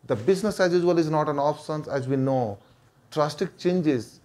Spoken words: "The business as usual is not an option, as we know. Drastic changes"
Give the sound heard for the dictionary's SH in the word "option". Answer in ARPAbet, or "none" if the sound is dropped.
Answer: S